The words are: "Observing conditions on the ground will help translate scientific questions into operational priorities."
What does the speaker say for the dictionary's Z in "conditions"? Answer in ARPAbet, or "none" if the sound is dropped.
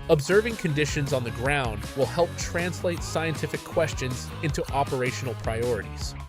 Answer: Z